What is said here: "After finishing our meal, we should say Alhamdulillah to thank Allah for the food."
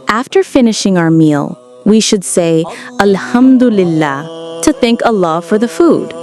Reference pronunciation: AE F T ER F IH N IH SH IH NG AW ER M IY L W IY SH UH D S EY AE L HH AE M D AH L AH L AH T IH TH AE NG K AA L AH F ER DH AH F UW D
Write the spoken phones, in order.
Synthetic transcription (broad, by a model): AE F T ER F IH N IH SH IH NG AW ER M IY L W IY SH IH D S EY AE L HH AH M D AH L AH L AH T IH TH AE NG K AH L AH F ER DH AH F UW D